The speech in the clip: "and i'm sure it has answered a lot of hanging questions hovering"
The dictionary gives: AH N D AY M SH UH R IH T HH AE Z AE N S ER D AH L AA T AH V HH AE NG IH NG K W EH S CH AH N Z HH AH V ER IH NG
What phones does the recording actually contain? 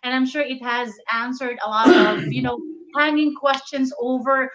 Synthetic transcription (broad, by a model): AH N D AY M SH UH R IH T HH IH Z AE N S ER D AH L AA T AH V HH AE NG IH NG K W EH S CH AH N Z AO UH V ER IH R